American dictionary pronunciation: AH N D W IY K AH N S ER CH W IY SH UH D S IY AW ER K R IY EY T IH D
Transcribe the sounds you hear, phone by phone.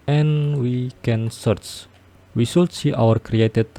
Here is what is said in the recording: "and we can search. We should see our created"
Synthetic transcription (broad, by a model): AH N W IY K AH N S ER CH W IY S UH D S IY AW ER K R IY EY T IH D